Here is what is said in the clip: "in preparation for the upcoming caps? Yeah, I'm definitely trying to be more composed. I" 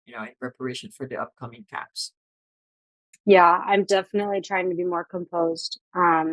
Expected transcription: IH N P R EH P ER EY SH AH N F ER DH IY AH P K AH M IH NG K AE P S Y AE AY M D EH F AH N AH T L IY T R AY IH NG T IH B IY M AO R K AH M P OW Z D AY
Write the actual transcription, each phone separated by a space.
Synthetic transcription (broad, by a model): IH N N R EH P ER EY SH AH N F ER DH IY AH P K AH M IH NG K AE P S Y AE AY M D EH F AH N AH T L IY T R AY IH NG T IH B IY M AO R K AH M P OW Z D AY